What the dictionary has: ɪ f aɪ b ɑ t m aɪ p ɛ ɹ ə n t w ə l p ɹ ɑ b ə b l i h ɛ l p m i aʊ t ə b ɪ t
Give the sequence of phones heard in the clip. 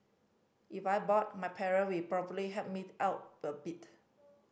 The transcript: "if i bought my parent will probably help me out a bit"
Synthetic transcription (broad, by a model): ɪ f aɪ b ɑ t m aɪ p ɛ ɹ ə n w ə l p ɹ ɑ b ə b l i h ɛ p m i aʊ t ə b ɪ t